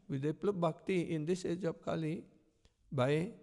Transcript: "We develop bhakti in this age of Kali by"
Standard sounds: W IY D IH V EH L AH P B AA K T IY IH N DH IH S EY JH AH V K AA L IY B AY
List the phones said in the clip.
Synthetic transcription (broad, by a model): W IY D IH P L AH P B AA K T IY IH N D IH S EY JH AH P K AA L IY B AY